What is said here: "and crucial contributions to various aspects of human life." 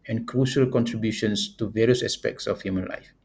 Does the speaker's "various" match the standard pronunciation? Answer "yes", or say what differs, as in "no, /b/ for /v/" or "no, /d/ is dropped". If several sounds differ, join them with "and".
yes